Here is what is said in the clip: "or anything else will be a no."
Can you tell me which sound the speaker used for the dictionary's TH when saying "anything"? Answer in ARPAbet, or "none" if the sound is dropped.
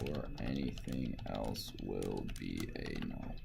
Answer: TH